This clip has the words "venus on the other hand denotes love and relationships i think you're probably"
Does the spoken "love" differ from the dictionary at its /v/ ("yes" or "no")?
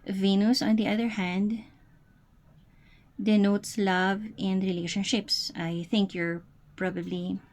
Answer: no